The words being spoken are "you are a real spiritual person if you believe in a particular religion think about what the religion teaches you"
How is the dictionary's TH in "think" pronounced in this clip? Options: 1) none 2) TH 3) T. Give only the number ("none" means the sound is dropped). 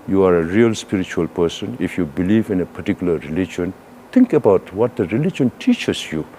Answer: 3